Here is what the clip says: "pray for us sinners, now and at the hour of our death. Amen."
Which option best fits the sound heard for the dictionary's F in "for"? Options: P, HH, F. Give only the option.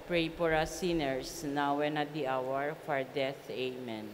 P